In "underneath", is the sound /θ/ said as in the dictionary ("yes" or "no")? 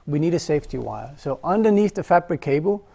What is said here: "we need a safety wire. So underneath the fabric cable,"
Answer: yes